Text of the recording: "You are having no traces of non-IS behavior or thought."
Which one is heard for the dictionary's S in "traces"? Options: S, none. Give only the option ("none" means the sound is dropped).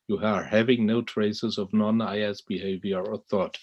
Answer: S